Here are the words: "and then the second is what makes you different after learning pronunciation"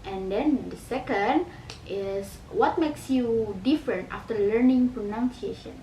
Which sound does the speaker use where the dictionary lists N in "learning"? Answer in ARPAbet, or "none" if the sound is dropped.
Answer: N